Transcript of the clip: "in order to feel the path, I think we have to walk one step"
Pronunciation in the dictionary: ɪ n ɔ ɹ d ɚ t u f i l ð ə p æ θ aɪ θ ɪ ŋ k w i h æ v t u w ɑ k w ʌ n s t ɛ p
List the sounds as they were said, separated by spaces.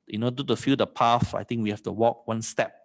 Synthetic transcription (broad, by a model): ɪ n ɔ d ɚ t u f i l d ə p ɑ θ aɪ t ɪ ŋ k w i h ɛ f t u w ɑ k w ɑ n s t ɛ p